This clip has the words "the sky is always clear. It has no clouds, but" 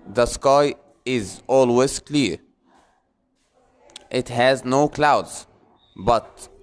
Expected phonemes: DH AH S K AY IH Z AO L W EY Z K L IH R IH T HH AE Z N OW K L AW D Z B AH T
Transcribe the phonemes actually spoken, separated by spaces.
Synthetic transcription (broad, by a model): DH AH S K AY IH Z AO L W EY Z K L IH R IH T HH AE Z N OW K L AW D Z B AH T